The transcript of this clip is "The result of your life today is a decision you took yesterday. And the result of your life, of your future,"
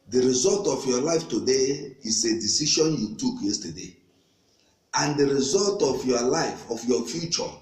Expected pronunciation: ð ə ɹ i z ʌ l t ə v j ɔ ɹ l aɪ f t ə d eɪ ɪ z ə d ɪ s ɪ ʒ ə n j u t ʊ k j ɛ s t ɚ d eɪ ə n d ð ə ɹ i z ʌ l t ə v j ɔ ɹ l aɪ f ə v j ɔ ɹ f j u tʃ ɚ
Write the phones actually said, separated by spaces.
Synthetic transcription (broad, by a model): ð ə ɹ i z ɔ l t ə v j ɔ l aɪ f t ə d eɪ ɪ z ə d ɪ s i ʃ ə n j u t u k j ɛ s t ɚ d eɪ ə n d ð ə ɹ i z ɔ l t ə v j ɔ l aɪ f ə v j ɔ f j u tʃ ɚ